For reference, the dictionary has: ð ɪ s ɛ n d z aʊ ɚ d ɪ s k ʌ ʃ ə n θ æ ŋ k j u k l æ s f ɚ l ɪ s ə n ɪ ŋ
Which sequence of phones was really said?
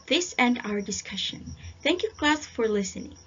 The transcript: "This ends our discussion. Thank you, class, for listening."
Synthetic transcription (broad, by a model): ð ɪ s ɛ n d aʊ ɚ d ɪ s k ʌ ʃ ə n θ æ ŋ k j u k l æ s f ɚ l ɪ s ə n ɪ ŋ